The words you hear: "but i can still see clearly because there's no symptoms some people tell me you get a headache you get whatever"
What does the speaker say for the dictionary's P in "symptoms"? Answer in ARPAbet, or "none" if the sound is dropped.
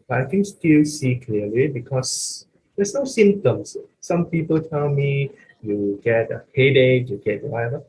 none